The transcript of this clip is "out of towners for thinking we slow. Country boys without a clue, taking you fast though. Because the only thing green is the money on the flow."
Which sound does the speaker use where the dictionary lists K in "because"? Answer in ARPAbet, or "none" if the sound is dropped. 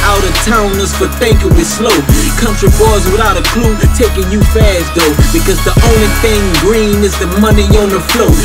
K